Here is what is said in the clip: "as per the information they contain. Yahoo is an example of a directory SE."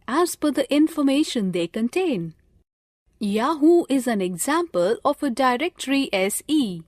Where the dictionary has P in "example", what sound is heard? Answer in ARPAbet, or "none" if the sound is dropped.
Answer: P